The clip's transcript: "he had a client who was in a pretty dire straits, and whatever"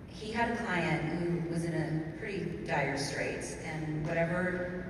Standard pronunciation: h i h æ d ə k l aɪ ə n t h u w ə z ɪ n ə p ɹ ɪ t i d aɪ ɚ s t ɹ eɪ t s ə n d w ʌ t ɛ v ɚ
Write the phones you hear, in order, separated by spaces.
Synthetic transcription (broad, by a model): h i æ d ə k l aɪ ə n t h u w ə z ɪ n ə p ɹ ɪ t i d aɪ ɚ s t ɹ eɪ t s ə n w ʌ t ɛ v ɚ